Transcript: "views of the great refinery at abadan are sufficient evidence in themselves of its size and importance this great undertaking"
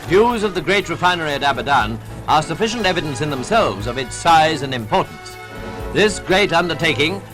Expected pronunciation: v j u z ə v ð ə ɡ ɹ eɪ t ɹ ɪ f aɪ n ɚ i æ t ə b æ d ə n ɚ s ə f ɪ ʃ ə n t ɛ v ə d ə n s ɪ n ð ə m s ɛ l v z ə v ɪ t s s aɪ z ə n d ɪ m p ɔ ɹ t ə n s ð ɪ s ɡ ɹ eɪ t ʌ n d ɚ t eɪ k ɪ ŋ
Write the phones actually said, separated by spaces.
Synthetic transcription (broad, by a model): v j u z ə v ð ə ɡ ɹ eɪ t ɹ ɪ f aɪ n ɚ i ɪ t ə b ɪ d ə n ɚ s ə f ɪ ʃ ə n t ɛ v ə d ə n s ɪ n ð ə m s ɛ l v z ə v ɪ t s s aɪ z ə n ɪ m p ɔ ɹ t n s ð ɪ s ɡ ɹ eɪ t ʌ n d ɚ t eɪ k ɪ ŋ